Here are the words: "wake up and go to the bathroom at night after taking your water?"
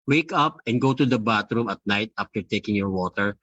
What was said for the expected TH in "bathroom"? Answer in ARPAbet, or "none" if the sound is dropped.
T